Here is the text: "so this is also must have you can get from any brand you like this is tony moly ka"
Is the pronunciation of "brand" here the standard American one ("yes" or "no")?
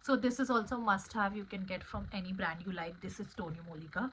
yes